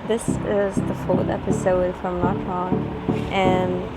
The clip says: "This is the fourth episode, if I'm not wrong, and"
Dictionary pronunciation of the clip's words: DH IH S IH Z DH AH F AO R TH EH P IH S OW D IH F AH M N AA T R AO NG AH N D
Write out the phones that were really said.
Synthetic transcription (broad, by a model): DH IH S IH Z DH AH F AO R TH EH P IH S OW D F AH M L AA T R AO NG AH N